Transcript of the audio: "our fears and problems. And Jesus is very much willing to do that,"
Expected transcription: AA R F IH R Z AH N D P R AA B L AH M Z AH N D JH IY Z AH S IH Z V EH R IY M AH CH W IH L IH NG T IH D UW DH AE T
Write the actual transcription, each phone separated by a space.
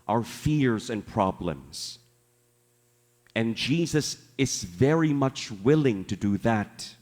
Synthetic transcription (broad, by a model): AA R F IH R Z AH N P R AA B L AH M Z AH N JH IY Z AH S IH Z V EH R IY M AH CH W IH L IH NG T IH D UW DH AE T